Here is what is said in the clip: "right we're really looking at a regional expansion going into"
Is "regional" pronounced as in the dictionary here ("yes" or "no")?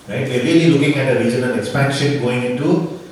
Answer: no